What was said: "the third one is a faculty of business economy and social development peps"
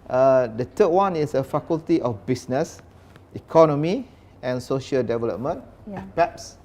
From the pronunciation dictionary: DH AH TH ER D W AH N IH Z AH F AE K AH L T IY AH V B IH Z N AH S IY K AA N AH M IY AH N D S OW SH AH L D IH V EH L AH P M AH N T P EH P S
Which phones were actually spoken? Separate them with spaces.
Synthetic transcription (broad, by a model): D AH T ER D W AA N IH S AH F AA K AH L T IY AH F B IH S N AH S IY K AA N AH M IY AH N S OW SH AH L D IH V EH L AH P M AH N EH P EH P S